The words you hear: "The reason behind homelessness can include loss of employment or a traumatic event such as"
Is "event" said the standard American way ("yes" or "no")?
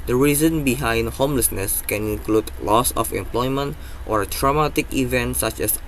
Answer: yes